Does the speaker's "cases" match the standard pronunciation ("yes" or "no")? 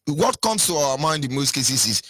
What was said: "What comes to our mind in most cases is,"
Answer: no